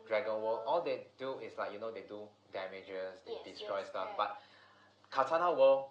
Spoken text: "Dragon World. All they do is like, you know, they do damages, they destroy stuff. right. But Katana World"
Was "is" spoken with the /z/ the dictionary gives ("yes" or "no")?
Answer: no